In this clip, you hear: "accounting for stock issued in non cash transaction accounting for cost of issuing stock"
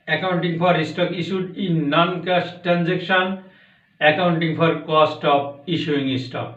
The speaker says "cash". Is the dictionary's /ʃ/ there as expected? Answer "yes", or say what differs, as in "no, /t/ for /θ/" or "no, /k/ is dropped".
no, /s/ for /ʃ/